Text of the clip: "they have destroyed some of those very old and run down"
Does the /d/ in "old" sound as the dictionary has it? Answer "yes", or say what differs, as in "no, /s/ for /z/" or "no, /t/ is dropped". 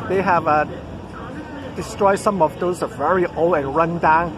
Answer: no, /d/ is dropped